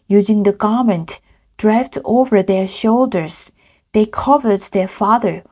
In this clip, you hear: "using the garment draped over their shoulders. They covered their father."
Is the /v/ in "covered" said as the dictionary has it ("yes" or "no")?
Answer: yes